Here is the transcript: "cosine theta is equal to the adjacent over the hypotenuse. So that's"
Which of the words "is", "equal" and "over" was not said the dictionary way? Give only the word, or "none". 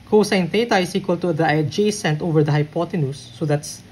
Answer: is